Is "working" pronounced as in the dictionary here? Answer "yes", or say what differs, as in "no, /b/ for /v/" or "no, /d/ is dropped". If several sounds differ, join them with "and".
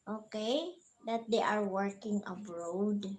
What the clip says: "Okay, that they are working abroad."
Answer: yes